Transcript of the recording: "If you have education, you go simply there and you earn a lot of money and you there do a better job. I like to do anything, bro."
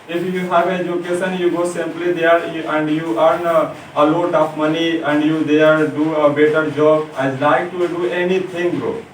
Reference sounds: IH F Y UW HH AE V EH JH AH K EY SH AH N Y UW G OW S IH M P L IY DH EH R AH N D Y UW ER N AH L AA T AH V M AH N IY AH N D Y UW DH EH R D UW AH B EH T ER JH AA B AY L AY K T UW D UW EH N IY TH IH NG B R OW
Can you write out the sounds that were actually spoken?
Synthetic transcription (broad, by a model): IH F Y UW HH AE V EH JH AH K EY S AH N Y UW G OW S IH M P L IY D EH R AH N D Y UW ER N AH L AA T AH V M AH N IY AH N D Y UW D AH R D UW AH B EH T ER JH AA B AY L AY K T UW D UW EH N IY T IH NG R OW